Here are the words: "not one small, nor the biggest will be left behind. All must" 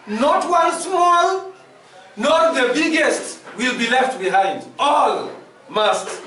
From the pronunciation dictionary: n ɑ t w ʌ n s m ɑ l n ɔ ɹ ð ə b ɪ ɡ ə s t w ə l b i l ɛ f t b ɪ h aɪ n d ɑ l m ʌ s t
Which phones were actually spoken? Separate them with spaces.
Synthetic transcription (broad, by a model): n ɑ t w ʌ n s m ɑ l n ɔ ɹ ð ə b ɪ ɡ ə s t w ə l b i l ɛ f t b ɪ h aɪ n d ɑ l m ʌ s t